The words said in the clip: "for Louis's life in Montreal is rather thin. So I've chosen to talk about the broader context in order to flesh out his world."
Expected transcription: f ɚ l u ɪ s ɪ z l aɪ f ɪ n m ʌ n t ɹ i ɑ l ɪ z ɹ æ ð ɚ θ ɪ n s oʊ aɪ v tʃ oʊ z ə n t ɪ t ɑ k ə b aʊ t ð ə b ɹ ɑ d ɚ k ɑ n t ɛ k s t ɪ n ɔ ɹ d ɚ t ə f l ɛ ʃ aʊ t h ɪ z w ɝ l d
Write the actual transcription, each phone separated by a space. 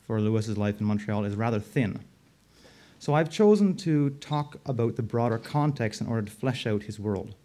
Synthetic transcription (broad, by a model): f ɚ l u ɪ s ɪ z l aɪ f n m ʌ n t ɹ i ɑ l ɪ z ɹ æ ð ɚ θ ɪ n s oʊ aɪ v tʃ oʊ z ə n t ɪ t ɑ k ə b aʊ t ð ə b ɹ ɑ d ɚ k ɑ n t ɛ k s t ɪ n ɔ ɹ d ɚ t ə f l ɛ ʃ aʊ t h ɪ z w ɝ l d